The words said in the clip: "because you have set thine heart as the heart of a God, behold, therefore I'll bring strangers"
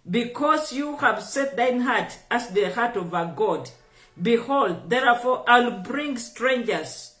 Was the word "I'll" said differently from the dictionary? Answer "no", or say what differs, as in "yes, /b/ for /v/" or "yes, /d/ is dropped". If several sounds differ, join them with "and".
no